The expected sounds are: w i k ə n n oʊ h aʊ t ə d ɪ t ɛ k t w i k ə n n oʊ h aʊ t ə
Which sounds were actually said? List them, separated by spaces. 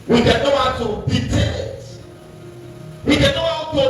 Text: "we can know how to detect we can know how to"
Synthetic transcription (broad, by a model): w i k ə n n oʊ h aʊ t ə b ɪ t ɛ t w i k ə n n oʊ h aʊ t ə